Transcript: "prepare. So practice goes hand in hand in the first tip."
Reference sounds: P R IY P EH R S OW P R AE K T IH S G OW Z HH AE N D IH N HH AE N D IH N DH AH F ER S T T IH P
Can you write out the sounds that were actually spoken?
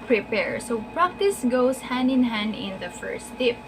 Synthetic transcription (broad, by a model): P R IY P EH R S OW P R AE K T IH S G OW S HH AE N D IH N HH AE N D IH N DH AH F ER S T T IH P